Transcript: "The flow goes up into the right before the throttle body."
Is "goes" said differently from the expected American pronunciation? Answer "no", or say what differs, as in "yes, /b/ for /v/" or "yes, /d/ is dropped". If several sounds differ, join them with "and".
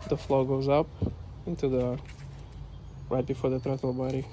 no